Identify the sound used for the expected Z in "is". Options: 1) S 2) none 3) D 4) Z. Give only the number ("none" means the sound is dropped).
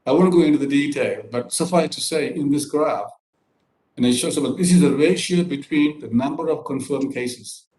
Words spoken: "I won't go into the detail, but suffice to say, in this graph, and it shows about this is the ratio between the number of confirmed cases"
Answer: 4